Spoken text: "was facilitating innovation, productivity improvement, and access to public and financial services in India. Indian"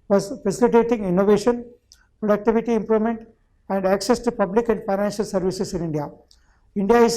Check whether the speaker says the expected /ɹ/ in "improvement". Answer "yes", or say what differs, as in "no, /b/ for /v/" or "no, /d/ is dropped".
yes